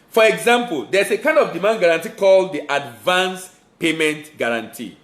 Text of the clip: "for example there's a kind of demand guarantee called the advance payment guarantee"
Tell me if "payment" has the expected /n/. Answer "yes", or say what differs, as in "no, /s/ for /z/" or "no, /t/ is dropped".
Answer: yes